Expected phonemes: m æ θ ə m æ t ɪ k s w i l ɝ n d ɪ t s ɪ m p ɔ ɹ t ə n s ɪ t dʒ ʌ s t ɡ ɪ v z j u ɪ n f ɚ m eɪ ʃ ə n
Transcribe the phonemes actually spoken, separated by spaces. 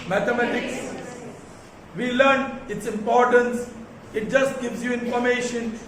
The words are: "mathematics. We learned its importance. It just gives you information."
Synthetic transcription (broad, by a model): m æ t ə m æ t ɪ k s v i l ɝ n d ɪ t s ɪ m p ɔ ɹ t ə n s ɪ t dʒ ʌ s t ɡ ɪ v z j u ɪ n f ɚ m eɪ ʃ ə n